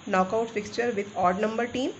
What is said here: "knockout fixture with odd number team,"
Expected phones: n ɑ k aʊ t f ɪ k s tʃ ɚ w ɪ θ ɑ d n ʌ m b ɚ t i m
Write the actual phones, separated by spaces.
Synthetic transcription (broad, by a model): n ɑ k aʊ t f ɪ k s tʃ ɚ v ɪ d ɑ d n ʌ m b ɚ t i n